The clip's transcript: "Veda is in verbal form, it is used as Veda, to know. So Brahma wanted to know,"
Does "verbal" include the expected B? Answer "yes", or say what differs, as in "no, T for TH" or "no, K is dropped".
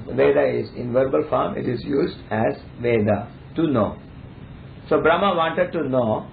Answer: yes